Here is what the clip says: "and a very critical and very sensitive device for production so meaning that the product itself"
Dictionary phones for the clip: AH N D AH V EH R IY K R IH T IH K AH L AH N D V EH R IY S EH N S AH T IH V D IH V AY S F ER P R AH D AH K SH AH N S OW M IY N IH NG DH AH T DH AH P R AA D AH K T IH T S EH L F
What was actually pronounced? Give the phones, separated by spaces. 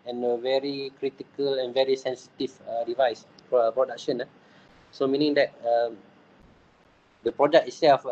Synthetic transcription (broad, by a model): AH N AH V EH R IY K R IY T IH K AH L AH N V EH R IY S EH N S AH T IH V D IH V AY S P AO P R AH D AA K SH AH N S OW M IY N IH NG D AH T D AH P R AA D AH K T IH T S EH L F